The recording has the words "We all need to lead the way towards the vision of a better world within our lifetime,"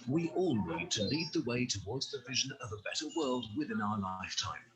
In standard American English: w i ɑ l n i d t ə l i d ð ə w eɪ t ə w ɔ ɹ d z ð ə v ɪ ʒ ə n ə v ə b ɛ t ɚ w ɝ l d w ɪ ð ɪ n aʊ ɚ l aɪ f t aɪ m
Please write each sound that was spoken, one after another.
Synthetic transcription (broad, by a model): w i ɑ l n i d t ə l i d ð ə w eɪ t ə w ɔ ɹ d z ð ə v ɪ ʒ ə n ə v ə b ɛ t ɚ w ɝ l d w ɪ ð ɪ n aʊ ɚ l aɪ f t aɪ m